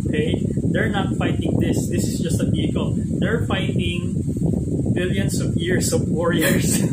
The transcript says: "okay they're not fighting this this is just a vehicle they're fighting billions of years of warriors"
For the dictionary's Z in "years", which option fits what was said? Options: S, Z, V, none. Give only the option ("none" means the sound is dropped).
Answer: S